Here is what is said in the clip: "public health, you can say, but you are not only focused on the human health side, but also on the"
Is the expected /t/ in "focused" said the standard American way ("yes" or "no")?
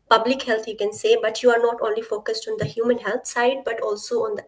yes